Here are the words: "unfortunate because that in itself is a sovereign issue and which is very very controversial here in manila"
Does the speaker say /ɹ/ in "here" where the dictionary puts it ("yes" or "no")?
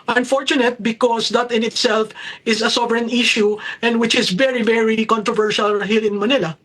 no